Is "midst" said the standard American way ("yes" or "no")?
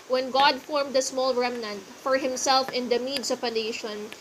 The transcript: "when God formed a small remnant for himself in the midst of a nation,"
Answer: no